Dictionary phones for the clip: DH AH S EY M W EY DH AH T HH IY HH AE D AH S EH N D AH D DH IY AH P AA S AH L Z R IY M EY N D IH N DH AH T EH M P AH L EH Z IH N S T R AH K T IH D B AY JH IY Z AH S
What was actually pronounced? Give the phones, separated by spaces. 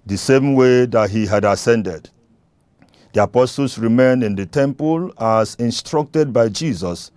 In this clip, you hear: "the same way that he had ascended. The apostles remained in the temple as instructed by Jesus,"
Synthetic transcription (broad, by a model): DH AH S EY M W EY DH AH T HH IY HH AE D AH S EH N D AH D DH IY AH P AA S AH L S R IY M EY N IH N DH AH T EH M P AH L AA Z IH N S T R AH K T IH D B AY JH IY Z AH S